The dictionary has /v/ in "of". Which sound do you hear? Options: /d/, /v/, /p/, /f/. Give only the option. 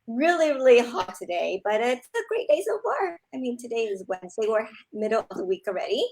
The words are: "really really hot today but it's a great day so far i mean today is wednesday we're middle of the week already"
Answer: /v/